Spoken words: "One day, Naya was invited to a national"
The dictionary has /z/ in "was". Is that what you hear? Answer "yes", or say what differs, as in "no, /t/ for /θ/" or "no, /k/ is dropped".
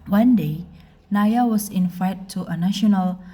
no, /s/ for /z/